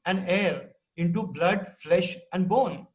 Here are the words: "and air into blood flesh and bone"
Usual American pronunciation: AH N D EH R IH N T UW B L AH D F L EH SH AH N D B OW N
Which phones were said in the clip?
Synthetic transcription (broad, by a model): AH N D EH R IH N T UW B L AH D F L EH SH AH N D B OW N